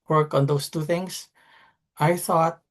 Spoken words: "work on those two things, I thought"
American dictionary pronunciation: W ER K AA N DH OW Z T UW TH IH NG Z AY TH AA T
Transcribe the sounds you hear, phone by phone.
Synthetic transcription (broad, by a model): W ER K AA N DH OW S T UW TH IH NG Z AY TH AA T